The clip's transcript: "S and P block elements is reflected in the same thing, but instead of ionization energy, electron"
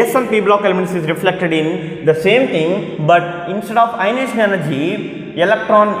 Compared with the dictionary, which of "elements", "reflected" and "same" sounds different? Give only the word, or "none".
elements